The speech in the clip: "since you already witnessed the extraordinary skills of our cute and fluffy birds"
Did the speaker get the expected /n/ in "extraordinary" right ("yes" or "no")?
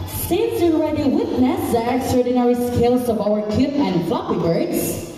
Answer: yes